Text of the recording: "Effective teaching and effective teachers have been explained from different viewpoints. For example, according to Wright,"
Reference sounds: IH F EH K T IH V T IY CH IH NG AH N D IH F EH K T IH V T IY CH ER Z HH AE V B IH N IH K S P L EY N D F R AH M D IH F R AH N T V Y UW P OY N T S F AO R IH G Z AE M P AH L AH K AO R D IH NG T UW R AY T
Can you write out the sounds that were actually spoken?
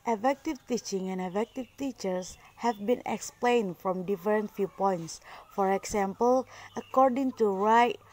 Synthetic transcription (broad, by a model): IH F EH K T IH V T IY CH IH NG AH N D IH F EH K T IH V T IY CH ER S HH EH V B IH N IH K S P L EY N D F R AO M D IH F R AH N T F Y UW P OY N T S F AO R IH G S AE M P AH L AH K AO R D IH NG T UW R AY T